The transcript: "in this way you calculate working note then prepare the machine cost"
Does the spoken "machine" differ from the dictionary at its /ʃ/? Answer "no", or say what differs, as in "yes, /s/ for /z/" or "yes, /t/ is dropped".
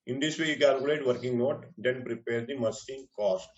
yes, /s/ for /ʃ/